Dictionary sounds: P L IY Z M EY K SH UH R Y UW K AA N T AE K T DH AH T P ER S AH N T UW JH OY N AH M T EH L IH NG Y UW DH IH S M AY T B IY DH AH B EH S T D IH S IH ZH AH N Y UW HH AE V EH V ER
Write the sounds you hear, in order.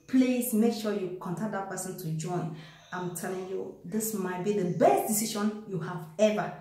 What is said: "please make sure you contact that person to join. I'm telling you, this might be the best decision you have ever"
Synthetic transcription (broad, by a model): P L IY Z M EY K SH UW Y UW K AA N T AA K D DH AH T P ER S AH N T UW JH OY N AH M T EH L IH NG Y UW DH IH S M AY T B IY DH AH B EH S T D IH S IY SH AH N Y UW HH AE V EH V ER